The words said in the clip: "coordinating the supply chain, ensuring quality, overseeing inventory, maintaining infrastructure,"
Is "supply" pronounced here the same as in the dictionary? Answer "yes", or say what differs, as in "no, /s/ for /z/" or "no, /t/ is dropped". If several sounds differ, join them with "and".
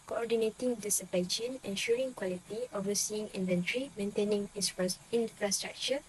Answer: no, /l/ is dropped